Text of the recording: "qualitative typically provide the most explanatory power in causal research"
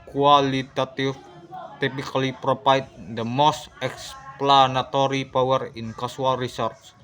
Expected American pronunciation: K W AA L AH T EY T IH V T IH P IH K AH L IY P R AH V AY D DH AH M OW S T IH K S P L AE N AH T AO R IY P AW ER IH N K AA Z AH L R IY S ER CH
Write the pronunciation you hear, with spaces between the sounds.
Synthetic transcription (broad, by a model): K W AA L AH T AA T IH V T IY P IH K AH L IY P R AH P AY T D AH M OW S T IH K S P L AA N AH T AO R IY P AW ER IH N K AA S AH L R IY S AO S